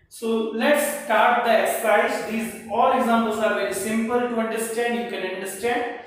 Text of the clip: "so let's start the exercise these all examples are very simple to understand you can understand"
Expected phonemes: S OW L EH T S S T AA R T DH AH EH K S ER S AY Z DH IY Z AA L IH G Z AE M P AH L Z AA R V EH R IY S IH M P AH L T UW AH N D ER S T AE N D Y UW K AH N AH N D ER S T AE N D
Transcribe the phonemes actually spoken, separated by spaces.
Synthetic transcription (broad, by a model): S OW L EH T S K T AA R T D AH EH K S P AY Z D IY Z AA L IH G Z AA M P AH L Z AA R V EH R IY S IH M P AH L T UW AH N D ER S T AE N D Y UW K AH N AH N D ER S T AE N D